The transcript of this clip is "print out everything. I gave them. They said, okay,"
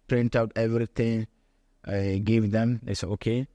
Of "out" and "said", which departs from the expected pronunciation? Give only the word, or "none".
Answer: said